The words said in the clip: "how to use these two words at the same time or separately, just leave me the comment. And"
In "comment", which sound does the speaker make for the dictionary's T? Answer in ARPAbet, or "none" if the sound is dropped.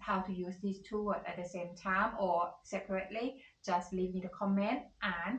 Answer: T